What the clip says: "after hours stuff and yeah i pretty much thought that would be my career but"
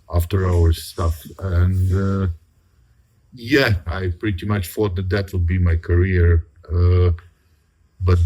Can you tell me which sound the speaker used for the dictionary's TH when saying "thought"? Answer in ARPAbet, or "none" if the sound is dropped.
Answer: F